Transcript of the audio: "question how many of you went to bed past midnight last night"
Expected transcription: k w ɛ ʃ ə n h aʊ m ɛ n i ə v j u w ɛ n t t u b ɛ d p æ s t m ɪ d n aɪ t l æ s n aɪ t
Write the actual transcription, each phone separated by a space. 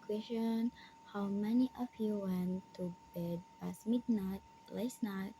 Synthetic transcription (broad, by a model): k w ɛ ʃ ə n h aʊ m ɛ n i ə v j u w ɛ n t t u b ɛ d b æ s m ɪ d n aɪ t l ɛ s n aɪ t